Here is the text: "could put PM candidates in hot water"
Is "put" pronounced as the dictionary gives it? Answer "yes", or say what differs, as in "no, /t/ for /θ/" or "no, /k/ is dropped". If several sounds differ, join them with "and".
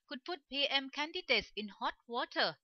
no, /f/ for /p/